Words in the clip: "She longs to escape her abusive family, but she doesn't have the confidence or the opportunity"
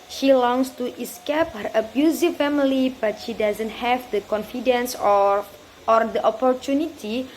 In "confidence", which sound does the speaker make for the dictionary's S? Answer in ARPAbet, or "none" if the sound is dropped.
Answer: S